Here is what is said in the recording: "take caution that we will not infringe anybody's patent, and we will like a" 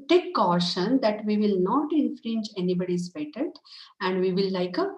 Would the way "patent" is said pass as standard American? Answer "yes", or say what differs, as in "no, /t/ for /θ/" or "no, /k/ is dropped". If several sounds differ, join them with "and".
no, /n/ is dropped